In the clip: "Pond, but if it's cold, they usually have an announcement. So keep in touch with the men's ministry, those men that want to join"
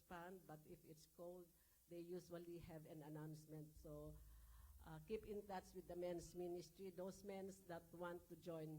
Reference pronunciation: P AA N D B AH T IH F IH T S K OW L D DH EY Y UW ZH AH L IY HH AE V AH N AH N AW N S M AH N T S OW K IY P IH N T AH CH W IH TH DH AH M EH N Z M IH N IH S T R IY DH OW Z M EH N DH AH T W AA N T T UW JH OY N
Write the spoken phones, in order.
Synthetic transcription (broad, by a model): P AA N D B AH T IH F IH T S K OW L D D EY Y UW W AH L IY HH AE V AH N AH N AW N S M AH N T S OW K IY P IH N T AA S W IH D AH M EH N S M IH N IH S T R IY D OW S M EH N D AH T W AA N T T UW JH OY N